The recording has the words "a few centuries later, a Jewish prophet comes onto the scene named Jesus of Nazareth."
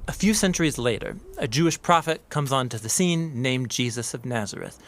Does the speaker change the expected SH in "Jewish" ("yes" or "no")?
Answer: no